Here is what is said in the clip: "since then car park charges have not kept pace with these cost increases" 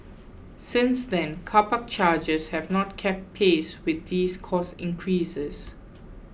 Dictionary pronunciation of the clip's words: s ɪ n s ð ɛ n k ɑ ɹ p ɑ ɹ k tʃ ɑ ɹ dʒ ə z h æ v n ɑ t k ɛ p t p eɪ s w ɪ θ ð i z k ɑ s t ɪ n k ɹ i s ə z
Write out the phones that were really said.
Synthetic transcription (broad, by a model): s ɪ n s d ɛ n k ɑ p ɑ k tʃ ɑ dʒ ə s h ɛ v n ɑ t k ɛ p t p eɪ s w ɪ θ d i s k ɑ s ɪ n k ɹ i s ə s